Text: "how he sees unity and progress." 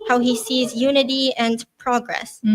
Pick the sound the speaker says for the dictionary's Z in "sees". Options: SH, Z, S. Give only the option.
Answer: Z